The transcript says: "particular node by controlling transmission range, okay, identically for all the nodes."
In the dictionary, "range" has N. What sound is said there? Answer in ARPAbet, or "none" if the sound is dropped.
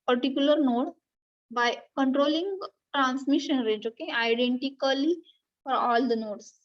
none